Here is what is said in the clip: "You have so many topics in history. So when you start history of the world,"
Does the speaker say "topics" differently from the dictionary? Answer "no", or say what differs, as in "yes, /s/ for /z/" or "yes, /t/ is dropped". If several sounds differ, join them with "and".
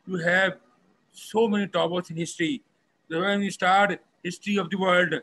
yes, /b/ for /p/ and /k/ is dropped